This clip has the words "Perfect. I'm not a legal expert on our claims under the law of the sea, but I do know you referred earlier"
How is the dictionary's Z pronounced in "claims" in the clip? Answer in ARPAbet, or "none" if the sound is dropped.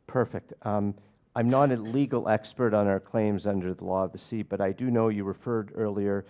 Z